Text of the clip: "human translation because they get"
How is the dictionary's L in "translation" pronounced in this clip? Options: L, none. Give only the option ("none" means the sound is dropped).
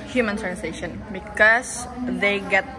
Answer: none